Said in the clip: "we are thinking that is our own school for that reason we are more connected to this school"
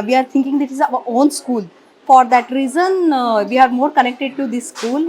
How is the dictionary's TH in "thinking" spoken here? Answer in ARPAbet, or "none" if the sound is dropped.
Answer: T